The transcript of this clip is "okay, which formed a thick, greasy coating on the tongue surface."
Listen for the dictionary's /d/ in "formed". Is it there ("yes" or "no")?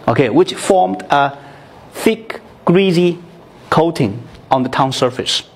yes